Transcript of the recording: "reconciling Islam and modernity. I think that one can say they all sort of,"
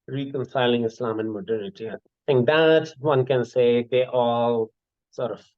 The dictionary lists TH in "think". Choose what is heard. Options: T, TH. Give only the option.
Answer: T